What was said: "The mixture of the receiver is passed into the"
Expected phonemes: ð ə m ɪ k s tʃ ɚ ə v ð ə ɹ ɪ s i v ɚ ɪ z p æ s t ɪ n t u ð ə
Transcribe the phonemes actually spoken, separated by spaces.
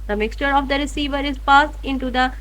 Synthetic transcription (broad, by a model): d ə m ɪ k s tʃ ɚ ə v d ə ɹ ɪ s i v ɚ ɪ z p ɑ s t ɪ n t u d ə